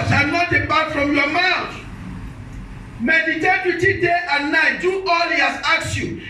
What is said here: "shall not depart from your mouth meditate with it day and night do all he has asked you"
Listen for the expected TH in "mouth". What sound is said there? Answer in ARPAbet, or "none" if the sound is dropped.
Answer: T